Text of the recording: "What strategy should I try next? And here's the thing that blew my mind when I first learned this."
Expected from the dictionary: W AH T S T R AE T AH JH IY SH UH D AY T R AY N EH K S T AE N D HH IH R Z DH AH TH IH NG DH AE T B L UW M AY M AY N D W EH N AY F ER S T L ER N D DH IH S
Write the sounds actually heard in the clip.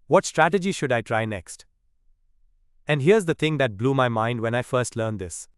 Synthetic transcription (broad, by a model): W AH T S T R AE T AH JH IY SH UH D AY T R AY N EH K S T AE N D HH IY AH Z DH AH T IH NG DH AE T B L UW M AY M AY N D W EH N AY F ER S T L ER N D IH S